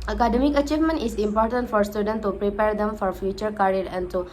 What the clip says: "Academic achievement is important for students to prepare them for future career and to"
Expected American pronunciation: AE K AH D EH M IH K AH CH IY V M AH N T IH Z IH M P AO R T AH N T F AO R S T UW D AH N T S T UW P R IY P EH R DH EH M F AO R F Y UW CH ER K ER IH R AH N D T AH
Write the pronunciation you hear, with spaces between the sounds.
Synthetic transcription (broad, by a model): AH K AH D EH M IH K AH CH IY V M AH N T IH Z IH M P AO R T AH N T F AO R S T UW D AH N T T UW P R IY P EH R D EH M F AO R F Y UW CH ER K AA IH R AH N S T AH